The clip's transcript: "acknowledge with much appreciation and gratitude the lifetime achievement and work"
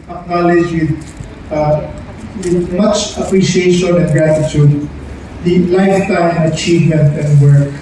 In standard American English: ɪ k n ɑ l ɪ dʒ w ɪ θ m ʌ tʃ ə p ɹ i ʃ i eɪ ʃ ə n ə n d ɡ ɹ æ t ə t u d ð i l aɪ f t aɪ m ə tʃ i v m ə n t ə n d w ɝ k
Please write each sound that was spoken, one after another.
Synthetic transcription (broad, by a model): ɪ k n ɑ l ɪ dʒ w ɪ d m ʌ tʃ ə p ɹ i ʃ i eɪ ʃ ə n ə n ɡ ɹ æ t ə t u d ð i l aɪ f t aɪ m ə tʃ i v m ə n t ə n d w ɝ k